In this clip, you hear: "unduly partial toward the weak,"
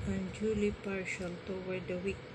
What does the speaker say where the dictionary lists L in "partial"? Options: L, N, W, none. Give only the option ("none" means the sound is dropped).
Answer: L